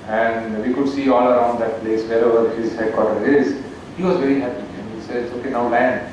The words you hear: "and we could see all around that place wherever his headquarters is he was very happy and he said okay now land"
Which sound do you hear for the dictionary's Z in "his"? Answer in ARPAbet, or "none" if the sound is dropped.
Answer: Z